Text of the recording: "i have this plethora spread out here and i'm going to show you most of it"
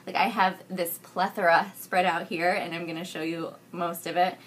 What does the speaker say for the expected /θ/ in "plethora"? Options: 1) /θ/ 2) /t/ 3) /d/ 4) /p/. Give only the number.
1